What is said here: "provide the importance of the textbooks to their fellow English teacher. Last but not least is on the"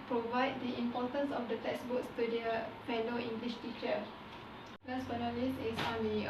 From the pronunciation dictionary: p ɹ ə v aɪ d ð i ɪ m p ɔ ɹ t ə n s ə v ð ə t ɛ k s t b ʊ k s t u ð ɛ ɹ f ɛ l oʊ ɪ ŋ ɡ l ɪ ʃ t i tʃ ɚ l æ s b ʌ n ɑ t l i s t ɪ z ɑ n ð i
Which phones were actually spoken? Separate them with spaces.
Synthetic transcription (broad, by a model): p ɹ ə v aɪ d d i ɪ m p ɔ t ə n s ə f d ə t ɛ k s b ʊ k s t u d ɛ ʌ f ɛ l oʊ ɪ ŋ ɡ l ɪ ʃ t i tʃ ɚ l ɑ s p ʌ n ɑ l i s ɪ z ɑ n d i